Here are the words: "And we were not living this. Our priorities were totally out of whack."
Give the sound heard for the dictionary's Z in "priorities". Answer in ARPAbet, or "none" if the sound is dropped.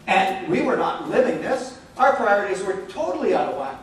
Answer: Z